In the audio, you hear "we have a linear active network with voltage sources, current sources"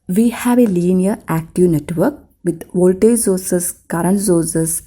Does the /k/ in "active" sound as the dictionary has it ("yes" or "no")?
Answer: yes